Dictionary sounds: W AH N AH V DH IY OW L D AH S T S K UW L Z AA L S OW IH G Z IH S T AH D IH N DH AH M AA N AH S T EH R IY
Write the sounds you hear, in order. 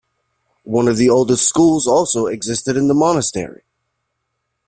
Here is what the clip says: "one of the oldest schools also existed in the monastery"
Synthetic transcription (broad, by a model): W AH N AH V DH IY OW L D AH S T S K UW L Z AA L S OW IH G Z IH S T AH D IH N DH AH M AA N AH S T EH R IY